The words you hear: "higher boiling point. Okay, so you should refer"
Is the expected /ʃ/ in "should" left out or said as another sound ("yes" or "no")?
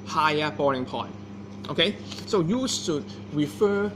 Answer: yes